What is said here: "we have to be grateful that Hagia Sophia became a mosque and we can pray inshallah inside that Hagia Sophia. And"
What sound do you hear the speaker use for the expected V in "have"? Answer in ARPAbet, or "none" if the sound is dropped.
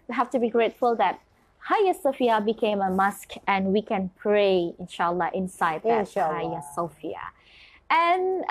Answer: F